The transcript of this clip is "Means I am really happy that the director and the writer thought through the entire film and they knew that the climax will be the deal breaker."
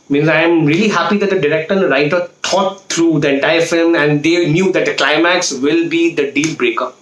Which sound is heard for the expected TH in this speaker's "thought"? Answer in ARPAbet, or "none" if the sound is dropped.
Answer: T